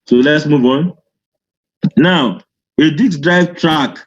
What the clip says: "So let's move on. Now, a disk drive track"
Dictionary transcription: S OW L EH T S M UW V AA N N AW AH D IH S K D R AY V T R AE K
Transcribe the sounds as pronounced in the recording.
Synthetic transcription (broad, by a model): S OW L EH T S M UW V AA N N AW AH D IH K D R AY V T R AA K